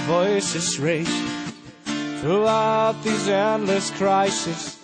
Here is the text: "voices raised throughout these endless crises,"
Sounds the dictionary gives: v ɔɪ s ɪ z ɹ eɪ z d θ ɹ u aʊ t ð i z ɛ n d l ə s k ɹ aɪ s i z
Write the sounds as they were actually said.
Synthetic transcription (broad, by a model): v ɔɪ s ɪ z ɹ eɪ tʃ θ ɹ u aʊ t ð i z ɛ n d l ə s k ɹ aɪ s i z